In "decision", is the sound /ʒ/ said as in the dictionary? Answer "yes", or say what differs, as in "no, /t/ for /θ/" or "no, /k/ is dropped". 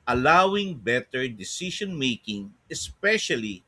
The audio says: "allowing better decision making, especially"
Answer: no, /ʃ/ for /ʒ/